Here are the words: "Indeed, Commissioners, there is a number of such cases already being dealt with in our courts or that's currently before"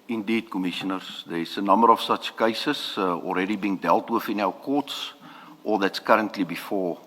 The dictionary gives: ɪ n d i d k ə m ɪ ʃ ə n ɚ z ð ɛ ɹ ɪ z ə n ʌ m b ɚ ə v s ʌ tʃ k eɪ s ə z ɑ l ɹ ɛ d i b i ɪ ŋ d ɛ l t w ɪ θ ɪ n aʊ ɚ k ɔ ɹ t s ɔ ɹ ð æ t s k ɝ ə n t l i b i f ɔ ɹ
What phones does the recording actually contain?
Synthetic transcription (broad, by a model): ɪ n d i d k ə m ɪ ʃ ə n ɚ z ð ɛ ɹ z ə n ʌ m b ɚ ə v s ʌ tʃ k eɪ s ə s ɑ l ɹ ɛ d i b i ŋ d ɛ l t w ɪ θ ɪ n aʊ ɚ k ɔ t s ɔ l ð æ t s k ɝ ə n t l i b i f ɔ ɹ